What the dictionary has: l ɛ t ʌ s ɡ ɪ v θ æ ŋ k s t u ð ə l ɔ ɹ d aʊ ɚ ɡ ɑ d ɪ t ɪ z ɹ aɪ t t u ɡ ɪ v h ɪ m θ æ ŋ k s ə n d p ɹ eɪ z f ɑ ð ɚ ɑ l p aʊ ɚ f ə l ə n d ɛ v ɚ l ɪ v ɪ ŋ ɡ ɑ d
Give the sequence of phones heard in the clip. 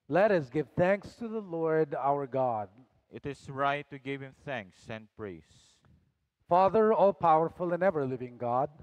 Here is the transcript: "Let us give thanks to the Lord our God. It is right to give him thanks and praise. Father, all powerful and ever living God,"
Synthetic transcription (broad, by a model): l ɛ t ʌ s ɡ ɪ v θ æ ŋ k s t u ð ə l ɔ ɹ d aʊ ɚ ɡ ɑ d ɪ t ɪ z ɹ aɪ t t u ɡ ɪ v h ɪ m θ æ ŋ k s ə n d p ɹ eɪ s f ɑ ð ɚ ɑ l p aʊ ɚ f ə l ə n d ɛ v ɚ l ɪ v ɪ ŋ ɡ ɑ d